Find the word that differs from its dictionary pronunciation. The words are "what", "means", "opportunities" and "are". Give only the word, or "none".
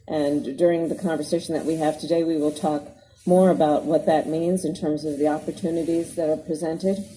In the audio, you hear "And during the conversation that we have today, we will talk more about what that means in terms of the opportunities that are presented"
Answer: none